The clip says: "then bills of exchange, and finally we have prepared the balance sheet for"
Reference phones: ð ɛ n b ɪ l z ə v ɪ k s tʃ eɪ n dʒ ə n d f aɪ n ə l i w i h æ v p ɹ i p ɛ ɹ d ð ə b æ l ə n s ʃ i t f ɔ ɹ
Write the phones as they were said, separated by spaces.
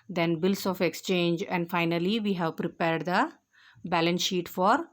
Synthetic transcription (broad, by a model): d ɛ n b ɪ l s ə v ɪ k s tʃ eɪ n dʒ ə n d f aɪ n ə l i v i h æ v p ɹ i p ɛ ɹ d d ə b æ l ə n s ʃ i t f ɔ ɹ